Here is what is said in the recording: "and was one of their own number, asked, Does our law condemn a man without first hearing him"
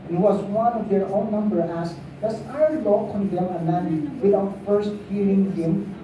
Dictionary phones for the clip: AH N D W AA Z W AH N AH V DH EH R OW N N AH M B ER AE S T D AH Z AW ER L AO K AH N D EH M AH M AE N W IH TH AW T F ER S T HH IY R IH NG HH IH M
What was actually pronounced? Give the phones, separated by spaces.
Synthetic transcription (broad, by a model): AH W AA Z W AH N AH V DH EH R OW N N AH M B ER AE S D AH S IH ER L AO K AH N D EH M AH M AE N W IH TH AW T F ER S T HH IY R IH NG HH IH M